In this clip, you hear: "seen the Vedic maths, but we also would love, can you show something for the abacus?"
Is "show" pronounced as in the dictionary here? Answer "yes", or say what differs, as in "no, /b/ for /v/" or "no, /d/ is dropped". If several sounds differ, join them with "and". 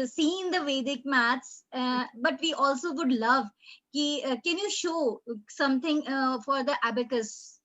yes